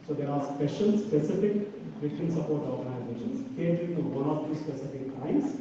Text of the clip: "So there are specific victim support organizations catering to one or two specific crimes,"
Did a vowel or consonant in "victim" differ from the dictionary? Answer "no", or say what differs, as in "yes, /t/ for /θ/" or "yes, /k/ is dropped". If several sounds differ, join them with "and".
yes, /k/ is dropped